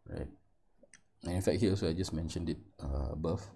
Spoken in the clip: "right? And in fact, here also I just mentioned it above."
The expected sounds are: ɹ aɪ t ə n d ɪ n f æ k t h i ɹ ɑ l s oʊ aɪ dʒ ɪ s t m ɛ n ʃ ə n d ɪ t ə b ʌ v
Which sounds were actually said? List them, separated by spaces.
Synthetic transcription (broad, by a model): ɹ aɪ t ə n ɪ n f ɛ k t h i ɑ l s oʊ aɪ dʒ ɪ s m ɛ n ʃ ə n d ɪ t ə b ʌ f